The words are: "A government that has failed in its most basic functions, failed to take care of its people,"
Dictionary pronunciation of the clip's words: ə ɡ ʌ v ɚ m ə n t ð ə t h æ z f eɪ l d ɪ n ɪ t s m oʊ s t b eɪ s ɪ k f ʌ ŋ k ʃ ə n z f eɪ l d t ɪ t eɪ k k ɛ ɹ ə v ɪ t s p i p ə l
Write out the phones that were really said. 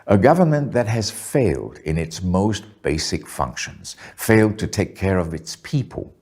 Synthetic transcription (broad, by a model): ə ɡ ʌ v ɚ m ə n ð ə t h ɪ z f eɪ l d ɪ n ɪ t s m oʊ s t b eɪ s ɪ k f ʌ ŋ k ʃ ə n z f eɪ l d t ɪ t eɪ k k ɛ ɹ ə v ɪ t s p i p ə l